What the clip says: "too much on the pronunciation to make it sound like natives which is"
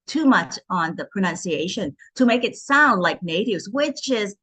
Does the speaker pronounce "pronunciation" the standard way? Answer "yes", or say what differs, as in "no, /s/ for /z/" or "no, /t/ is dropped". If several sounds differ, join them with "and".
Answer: yes